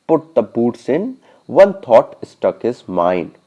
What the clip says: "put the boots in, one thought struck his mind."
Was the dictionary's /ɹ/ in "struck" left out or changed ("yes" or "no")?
yes